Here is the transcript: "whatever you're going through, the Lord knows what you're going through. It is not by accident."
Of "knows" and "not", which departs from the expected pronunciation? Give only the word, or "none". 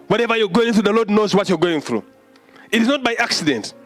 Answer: none